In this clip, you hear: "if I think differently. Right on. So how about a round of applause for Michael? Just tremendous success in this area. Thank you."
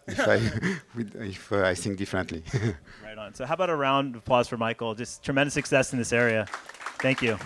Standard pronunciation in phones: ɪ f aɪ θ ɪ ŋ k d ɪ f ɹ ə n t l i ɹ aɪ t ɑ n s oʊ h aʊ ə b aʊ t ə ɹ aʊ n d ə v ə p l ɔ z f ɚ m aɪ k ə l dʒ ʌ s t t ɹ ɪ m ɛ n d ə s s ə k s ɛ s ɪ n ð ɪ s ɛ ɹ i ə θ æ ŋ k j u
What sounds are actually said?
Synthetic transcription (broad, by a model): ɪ f aɪ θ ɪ ŋ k d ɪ f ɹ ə n t l i ɹ aɪ t n s oʊ h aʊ ə b aʊ t ə ɹ aʊ n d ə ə p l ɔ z f ɚ m aɪ k l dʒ ʌ s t t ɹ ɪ m ɛ n d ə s s ə k s ɛ s n ð ɪ s ɛ ɹ i ə θ æ ŋ k j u